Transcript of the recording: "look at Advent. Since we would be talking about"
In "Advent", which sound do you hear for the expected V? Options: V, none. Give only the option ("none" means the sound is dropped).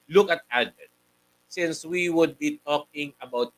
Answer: none